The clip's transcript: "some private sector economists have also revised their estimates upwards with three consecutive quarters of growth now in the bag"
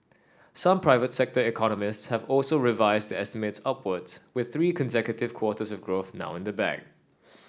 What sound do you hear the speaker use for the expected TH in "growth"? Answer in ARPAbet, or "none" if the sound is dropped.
TH